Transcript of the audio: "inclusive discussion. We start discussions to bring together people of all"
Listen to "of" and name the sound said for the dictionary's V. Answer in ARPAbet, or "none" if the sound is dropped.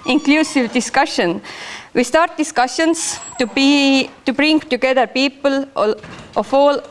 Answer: F